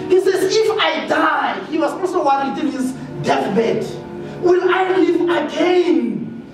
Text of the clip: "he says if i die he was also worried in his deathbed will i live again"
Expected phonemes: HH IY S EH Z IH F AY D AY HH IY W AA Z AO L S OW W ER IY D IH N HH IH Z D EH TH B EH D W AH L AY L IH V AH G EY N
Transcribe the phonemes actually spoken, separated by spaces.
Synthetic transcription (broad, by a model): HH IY S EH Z IH F AY D AY HH IY W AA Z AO S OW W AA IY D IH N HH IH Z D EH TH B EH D W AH N AY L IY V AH G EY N